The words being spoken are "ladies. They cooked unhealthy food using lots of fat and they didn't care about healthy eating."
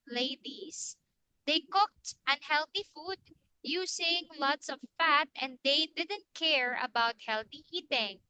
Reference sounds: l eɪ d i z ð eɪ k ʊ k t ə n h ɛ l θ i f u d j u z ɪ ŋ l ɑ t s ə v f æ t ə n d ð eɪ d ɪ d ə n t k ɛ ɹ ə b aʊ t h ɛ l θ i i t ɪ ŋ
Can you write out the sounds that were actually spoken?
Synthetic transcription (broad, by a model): l eɪ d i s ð eɪ k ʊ k t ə n h ɛ l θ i f u d j u s ɪ ŋ l ɑ t s ə v f æ t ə n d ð eɪ d ɪ d ə n t k ɛ ɹ ə b aʊ t h ɛ l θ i i t ɪ ŋ